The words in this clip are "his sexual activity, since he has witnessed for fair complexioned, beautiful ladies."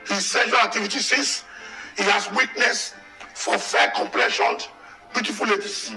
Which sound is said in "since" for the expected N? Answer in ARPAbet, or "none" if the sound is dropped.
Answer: none